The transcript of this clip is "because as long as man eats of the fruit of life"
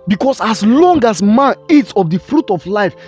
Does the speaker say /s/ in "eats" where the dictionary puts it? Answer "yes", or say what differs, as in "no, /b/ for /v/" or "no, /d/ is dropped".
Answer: yes